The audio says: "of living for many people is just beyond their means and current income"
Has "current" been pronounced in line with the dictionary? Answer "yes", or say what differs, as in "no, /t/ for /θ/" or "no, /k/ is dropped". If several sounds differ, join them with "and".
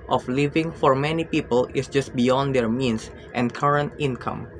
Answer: yes